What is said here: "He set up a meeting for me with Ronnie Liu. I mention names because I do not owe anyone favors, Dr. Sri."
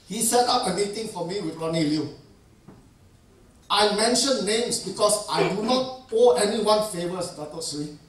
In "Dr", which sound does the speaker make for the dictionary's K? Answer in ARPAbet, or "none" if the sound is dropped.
none